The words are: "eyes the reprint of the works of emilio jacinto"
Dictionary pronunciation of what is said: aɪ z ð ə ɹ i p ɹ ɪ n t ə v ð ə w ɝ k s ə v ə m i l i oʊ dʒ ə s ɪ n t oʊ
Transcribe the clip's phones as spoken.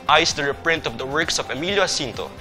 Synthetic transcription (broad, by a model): aɪ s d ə ɹ i p ɹ ɪ n t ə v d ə w ɝ k s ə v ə m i l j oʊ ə s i n t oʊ